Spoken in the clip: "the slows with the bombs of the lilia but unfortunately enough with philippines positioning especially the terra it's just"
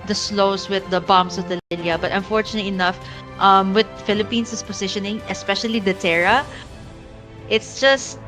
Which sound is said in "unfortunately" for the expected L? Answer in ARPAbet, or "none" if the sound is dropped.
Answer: none